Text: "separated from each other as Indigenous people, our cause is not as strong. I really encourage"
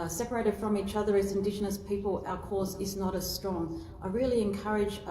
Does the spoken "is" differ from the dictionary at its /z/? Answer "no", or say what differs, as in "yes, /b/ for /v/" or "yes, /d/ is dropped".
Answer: no